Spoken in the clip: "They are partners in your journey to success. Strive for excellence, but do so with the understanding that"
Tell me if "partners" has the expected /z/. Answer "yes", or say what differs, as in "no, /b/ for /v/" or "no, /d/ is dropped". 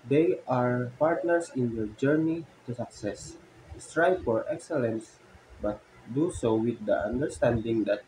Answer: no, /s/ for /z/